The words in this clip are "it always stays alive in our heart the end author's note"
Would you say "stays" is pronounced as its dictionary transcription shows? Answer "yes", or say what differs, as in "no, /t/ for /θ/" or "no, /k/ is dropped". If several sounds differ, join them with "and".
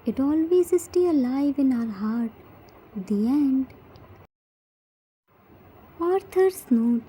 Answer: no, /z/ is dropped